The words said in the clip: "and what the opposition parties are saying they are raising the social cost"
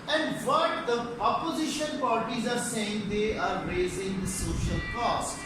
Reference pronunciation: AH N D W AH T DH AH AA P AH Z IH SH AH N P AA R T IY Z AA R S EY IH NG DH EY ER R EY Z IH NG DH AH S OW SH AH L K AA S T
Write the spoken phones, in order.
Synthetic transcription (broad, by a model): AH N D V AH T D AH AA P AH Z IH SH AH N P AA R T IY Z AA R S EY IH NG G EY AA R EY Z IH NG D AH S OW SH AH L K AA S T